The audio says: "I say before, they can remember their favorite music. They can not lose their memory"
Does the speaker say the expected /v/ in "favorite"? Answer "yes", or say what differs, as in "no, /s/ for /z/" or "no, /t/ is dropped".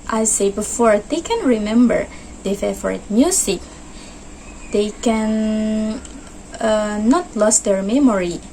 no, /v/ is dropped